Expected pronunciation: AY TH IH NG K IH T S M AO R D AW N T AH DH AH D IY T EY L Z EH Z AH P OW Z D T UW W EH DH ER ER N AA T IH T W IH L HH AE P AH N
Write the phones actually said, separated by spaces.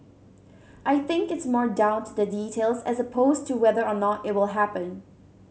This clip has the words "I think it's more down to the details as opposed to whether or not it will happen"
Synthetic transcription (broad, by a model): AY TH IH NG K IH T S M AO R D AW N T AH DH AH D IY T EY L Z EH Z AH P OW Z T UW W EH DH ER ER N AA T IH T W IH L HH AE P AH N